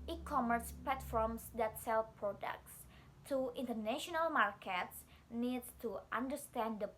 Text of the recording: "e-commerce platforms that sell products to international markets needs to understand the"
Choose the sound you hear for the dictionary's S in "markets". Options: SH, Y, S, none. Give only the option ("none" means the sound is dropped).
S